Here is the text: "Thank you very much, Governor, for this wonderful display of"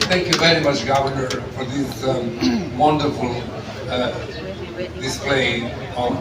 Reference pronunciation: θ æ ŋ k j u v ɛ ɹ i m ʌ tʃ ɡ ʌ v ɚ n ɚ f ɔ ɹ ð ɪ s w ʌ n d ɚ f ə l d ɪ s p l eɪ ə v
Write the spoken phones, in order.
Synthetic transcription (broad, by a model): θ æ ŋ k j u v ɛ ɹ i m ʌ tʃ ɡ ʌ v ɚ n ɚ f ɔ ɹ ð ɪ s w ʌ n d ɚ f ə l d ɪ s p l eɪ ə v